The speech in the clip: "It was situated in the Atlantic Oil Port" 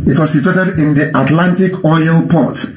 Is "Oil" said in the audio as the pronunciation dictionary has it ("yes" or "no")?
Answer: yes